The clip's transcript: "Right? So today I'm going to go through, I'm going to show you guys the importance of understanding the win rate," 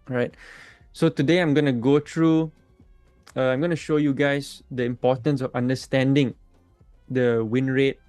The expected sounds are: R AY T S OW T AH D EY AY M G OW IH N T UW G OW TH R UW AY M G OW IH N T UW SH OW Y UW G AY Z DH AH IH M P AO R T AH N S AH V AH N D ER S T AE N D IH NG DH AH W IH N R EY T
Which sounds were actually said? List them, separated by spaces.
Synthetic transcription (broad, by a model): R AY T S OW T AH D EY AY M G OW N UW G OW T R UW AY M G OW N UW SH OW Y UW G AY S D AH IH M P AO T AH N S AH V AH N D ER S T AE N D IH NG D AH W IH N R EY T